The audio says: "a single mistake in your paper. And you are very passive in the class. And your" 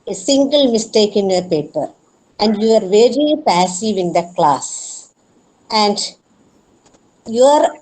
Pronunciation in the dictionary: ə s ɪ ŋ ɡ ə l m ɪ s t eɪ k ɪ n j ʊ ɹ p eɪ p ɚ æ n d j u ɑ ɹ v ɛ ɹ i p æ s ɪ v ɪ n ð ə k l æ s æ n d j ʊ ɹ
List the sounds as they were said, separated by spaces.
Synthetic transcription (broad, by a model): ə s ɪ ŋ ɡ ə l m ɪ s t eɪ k ɪ n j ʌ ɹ p eɪ p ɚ æ n d j u ɑ ɹ v ɛ ɹ i p æ s ɪ v ɪ n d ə k l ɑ s æ n d j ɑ ɹ